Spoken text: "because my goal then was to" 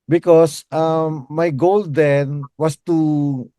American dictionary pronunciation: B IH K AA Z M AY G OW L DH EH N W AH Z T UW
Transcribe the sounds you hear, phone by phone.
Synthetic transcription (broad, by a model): B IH K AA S M AY G OW L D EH N W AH S T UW